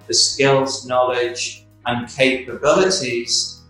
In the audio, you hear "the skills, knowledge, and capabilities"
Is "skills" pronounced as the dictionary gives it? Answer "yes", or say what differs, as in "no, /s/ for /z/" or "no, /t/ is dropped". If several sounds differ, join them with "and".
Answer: yes